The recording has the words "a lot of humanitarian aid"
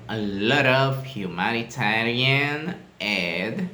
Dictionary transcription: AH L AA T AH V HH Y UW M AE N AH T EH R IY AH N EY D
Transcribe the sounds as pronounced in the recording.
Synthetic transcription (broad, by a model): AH L AA T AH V HH Y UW M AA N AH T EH L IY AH N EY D